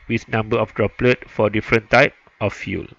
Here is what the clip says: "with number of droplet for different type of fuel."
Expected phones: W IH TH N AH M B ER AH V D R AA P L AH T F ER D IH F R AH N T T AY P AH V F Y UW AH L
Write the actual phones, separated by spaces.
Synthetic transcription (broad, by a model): W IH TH N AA M B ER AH F D R AA P L AH T F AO D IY F R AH N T T AY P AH F Y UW L